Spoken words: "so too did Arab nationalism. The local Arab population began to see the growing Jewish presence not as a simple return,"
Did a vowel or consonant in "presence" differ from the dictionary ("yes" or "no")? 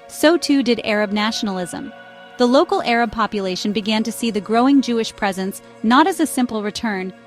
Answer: no